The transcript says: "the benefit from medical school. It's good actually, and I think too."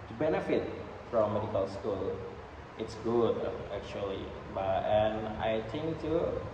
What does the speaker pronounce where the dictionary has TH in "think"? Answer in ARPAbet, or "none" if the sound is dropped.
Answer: T